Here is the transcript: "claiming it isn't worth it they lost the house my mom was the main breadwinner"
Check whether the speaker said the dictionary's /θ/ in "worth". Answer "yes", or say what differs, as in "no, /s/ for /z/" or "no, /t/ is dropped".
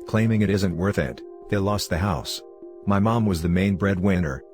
yes